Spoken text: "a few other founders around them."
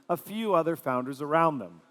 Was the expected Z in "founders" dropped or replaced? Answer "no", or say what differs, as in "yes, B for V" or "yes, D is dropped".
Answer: no